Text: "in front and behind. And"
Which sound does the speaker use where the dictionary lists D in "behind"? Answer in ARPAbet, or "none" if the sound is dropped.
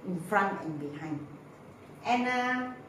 none